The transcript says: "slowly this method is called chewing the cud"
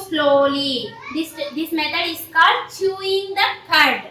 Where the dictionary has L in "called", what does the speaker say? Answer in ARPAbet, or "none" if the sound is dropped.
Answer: none